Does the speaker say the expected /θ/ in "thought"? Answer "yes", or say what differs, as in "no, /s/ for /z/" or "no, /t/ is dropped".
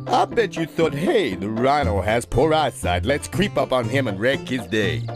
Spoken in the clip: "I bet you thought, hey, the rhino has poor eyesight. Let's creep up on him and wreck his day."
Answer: yes